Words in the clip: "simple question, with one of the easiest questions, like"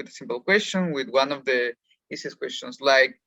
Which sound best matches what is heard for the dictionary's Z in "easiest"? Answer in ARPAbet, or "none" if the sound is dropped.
S